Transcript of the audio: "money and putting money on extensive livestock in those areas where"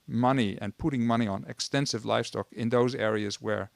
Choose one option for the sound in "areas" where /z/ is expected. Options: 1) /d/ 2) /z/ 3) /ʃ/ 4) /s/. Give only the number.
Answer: 2